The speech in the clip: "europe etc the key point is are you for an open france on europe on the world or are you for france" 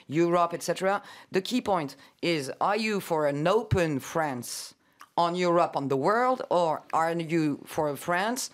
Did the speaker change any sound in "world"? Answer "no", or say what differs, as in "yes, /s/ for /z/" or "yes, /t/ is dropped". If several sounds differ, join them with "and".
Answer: no